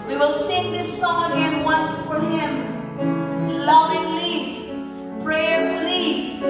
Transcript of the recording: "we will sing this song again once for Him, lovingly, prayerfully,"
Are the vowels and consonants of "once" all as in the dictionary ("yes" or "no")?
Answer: yes